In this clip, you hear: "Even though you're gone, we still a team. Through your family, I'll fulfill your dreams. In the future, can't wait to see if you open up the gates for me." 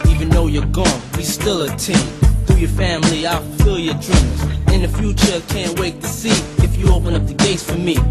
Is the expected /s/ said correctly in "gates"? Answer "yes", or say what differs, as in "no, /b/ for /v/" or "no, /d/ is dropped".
yes